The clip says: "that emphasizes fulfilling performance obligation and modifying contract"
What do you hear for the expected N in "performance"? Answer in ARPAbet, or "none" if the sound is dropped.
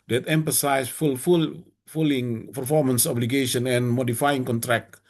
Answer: N